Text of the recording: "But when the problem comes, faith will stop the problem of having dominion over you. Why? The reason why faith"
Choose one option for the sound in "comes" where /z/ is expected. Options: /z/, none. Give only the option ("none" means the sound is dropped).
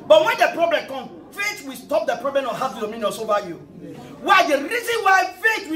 none